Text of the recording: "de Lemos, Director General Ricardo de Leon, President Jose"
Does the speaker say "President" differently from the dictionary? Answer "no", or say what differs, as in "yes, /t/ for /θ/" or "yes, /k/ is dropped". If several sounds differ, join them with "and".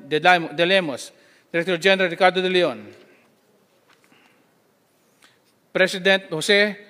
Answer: yes, /s/ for /z/